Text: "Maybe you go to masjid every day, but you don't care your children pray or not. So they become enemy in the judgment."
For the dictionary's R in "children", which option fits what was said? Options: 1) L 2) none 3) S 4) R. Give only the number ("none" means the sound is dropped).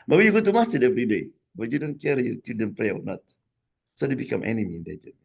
2